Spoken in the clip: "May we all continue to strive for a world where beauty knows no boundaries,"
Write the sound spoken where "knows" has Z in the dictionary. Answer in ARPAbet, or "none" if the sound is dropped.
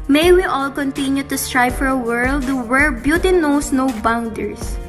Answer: S